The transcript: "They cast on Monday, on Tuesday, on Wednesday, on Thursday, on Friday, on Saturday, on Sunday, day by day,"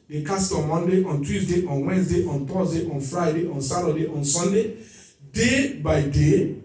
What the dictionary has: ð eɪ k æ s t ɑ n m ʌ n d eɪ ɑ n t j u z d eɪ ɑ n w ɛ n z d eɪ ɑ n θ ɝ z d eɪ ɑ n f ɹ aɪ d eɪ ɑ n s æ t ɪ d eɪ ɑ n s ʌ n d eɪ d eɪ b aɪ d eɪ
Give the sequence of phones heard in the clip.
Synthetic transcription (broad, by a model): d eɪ k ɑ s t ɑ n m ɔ n d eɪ ɑ n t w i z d eɪ ɑ n w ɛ n s d eɪ ɑ n t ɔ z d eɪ ɑ n f ɹ aɪ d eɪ ɑ n s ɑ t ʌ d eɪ ɑ n s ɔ n d eɪ d eɪ b aɪ d eɪ